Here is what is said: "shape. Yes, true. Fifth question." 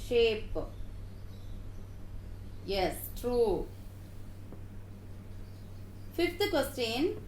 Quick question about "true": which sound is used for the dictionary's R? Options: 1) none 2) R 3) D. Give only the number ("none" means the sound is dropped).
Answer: 2